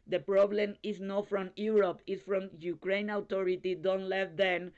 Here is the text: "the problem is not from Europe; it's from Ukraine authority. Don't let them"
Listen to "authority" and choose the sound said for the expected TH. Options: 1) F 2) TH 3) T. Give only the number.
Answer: 3